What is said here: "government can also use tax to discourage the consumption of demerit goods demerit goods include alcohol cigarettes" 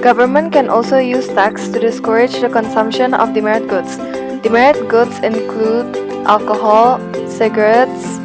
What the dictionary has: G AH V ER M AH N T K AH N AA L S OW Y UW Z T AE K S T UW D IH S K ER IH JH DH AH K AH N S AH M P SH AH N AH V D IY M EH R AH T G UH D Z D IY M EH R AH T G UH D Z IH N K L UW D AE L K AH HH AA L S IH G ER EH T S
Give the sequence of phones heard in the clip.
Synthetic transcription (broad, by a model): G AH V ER M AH N T K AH N AA L S OW Y UW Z T AE K S T UW D IH S K ER IH JH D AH K AH N S AH M P SH AH N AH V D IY M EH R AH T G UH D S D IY M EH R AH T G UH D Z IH N K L UW D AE L K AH HH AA L S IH G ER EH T S